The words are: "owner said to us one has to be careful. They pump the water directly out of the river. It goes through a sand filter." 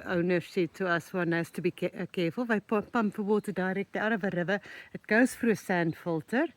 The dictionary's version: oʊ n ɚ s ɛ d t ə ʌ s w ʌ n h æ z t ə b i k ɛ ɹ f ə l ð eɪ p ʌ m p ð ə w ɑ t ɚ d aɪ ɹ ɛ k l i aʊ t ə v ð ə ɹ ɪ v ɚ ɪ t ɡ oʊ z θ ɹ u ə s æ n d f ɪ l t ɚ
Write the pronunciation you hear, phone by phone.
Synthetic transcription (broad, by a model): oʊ n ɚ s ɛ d t ə ʌ s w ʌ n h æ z t ə b i k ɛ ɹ f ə l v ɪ p ʌ m p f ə w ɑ t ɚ d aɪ ɹ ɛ k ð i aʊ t ə v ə ɹ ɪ v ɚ ɪ t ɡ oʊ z f ɹ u ə s æ n d f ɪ l t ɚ